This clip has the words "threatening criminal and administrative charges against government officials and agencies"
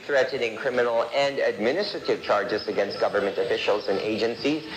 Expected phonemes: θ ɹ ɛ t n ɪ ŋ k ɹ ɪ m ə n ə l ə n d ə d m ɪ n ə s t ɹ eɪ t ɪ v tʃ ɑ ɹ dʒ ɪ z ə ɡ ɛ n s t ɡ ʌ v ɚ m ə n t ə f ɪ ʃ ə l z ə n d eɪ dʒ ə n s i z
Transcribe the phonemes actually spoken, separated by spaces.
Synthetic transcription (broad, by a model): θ ɹ ɛ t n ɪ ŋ k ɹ ɪ m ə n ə l ə n d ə d m ɪ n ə s t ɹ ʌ t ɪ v tʃ ɑ ɹ dʒ ɪ z ə ɡ ɛ n s t ɡ ʌ v ɚ m ə n t ə f ɪ ʃ ə l z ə n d eɪ dʒ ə n s i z